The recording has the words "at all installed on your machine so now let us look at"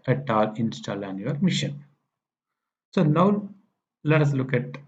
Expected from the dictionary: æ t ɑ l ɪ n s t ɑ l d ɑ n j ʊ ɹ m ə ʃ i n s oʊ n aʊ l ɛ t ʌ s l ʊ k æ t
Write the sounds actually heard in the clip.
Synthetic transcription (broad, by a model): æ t ɑ l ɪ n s t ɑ l ɑ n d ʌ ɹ m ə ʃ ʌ n s oʊ n aʊ l ɛ t ʌ s l ʊ k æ t